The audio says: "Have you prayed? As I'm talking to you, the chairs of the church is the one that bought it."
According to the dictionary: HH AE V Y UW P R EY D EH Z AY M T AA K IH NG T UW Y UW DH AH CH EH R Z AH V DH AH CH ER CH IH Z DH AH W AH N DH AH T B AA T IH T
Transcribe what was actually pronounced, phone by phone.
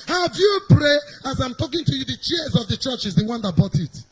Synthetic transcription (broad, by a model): HH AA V Y UW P R EY AA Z AY M T AA K IH NG T UW Y UW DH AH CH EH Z AH V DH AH CH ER CH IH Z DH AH W AH N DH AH T B AA T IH T